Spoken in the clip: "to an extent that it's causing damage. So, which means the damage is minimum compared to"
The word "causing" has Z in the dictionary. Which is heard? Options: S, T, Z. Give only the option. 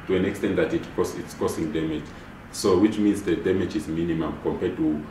S